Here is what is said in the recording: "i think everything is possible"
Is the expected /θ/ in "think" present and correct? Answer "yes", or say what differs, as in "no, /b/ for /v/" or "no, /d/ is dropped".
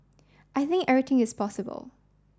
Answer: yes